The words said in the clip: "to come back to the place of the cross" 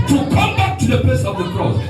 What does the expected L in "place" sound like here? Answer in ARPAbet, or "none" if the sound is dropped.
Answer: L